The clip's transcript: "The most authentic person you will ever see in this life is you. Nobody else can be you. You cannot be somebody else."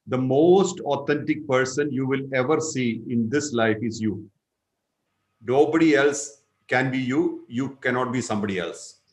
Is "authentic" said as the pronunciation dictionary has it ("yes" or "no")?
no